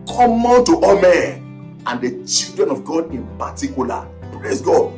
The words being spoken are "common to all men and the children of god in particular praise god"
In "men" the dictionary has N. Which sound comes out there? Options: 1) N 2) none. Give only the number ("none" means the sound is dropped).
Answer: 2